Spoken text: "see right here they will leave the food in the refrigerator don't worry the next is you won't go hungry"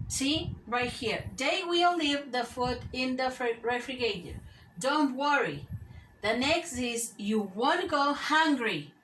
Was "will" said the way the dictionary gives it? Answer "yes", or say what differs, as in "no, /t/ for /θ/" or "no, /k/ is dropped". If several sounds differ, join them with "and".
yes